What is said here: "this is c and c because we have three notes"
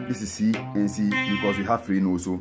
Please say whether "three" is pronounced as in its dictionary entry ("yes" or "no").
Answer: no